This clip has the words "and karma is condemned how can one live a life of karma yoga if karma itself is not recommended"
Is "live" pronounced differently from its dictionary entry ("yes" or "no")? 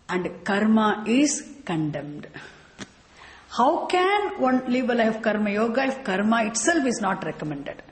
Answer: yes